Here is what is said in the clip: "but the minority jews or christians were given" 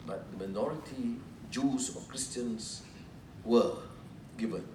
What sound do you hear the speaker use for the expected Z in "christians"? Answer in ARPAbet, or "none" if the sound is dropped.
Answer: S